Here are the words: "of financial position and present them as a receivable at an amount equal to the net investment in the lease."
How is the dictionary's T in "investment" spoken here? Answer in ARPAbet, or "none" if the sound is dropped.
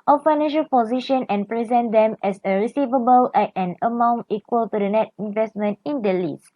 T